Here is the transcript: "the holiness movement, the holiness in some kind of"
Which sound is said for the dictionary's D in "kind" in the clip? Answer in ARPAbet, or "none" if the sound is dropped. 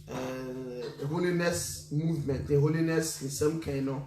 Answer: none